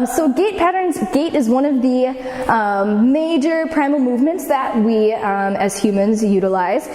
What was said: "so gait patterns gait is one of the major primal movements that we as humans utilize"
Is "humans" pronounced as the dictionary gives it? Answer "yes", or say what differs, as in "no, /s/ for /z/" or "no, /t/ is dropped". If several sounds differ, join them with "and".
yes